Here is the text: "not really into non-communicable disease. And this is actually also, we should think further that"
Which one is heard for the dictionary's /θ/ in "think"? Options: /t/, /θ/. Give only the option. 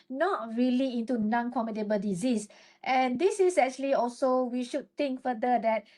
/t/